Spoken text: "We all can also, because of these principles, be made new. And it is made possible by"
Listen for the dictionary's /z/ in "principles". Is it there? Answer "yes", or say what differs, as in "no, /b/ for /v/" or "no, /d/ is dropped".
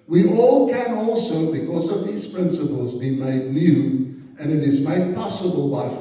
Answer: yes